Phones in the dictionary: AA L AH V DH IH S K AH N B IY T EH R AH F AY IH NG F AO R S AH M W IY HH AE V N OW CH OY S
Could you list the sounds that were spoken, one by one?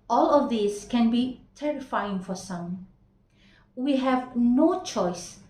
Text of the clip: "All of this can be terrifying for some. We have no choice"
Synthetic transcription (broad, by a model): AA L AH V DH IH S K AH N B IY T EH R AH F AY IH NG F AO R S AH M W IY HH AE V N OW CH OY S